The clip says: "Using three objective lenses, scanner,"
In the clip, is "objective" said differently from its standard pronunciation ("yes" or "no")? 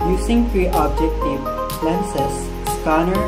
yes